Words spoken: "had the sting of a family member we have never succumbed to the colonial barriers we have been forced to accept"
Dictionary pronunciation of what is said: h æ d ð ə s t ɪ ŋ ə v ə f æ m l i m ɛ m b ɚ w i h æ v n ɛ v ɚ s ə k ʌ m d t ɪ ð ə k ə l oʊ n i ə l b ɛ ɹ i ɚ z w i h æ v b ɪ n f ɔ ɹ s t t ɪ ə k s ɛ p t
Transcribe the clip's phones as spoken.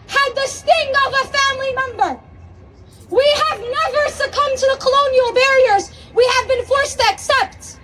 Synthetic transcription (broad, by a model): h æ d ð ə s t ɪ ŋ ə v ə f æ m l i m ɛ m b ɚ w i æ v n ɛ v ɚ s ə k ʌ m t ɪ ð ə k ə l oʊ n i l b ɛ ɹ i ɚ z w i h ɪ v b ɪ n f ɔ ɹ s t t ɪ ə k s ɛ p t